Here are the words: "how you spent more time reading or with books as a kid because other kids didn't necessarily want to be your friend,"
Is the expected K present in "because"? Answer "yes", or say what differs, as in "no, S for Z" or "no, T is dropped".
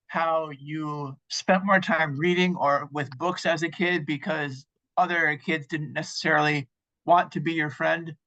yes